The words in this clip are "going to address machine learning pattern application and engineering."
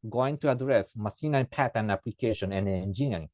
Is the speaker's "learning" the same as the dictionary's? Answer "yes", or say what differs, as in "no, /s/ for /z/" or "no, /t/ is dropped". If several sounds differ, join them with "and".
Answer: no, /n/ is dropped